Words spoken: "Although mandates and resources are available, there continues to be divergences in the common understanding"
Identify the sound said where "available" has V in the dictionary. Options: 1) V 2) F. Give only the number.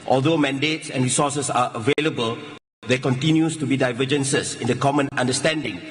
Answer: 1